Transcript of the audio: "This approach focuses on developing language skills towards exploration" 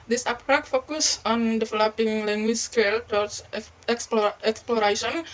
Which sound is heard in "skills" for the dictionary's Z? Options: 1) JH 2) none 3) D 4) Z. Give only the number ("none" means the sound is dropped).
2